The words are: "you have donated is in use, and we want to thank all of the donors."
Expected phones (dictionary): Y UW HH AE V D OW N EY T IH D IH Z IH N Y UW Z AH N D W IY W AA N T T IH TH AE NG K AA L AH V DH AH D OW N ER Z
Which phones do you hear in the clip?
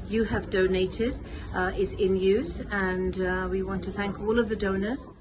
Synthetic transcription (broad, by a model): Y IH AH V D OW N EY T IH D IH Z IH N Y UW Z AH N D W IY W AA N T T IH TH AE NG K AA L AH V DH AH D OW N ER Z